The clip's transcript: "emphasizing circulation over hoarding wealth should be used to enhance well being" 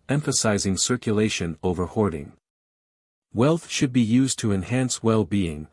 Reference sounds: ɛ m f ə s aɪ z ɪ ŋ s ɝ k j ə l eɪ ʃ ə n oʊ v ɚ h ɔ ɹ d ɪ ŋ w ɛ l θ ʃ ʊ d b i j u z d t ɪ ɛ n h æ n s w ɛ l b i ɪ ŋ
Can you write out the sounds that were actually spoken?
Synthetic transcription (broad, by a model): ɛ m f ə s aɪ z ɪ ŋ s ɝ k j ə l eɪ ʃ ə n oʊ v ɚ h ɔ ɹ d ɪ ŋ w ɛ l θ ʃ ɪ d b i j u z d t ɪ ɛ n h æ n s w ɛ l b i ɪ ŋ